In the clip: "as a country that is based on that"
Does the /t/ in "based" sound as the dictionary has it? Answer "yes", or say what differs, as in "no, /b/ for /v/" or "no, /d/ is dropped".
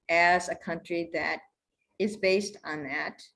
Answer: yes